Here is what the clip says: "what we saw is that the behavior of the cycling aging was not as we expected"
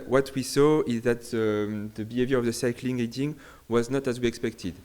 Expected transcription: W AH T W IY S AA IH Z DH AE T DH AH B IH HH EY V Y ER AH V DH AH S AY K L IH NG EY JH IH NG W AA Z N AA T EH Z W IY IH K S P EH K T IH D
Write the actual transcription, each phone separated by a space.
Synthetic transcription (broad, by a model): W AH T W IY S AA IH Z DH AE T DH AH B IH HH EY V Y ER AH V DH AH S AY K L IH NG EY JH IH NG W AA Z N AA T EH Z W IY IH K S P EH K T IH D